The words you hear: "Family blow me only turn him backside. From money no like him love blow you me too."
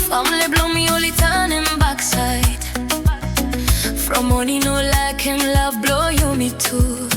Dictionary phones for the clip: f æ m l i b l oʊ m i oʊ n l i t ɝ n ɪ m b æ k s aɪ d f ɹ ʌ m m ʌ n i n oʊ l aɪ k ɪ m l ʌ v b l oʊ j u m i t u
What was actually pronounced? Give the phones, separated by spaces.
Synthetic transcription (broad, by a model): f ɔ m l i b l oʊ m i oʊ l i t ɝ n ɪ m b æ k s aɪ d f ɹ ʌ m m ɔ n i n oʊ l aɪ k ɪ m l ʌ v b l oʊ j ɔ m i t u